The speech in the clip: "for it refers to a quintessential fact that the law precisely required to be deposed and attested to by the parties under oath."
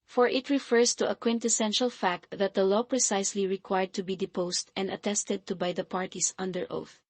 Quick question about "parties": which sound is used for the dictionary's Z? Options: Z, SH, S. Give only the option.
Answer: S